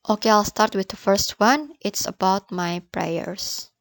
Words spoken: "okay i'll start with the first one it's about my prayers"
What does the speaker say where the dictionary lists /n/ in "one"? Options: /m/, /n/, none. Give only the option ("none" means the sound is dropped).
/n/